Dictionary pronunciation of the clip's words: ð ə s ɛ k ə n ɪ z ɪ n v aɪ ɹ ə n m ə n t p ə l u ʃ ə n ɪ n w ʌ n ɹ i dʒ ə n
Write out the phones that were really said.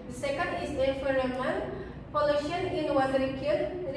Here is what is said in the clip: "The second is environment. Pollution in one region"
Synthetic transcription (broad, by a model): s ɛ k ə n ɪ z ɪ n f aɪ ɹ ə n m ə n p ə l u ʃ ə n ɪ n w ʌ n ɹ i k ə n